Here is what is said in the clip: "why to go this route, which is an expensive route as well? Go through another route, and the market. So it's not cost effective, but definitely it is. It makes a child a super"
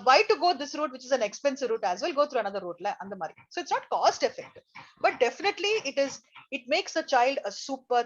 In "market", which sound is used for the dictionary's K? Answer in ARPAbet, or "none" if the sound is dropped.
none